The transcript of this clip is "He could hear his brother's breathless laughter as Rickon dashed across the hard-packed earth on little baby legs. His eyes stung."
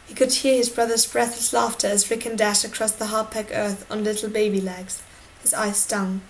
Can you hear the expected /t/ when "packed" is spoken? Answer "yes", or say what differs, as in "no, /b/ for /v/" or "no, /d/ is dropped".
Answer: no, /t/ is dropped